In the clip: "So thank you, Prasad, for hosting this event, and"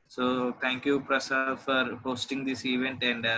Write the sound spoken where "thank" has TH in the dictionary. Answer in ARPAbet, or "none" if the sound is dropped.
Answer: T